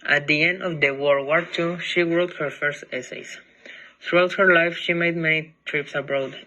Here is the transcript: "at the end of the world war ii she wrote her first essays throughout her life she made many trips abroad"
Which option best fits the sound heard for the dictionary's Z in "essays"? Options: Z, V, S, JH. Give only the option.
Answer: S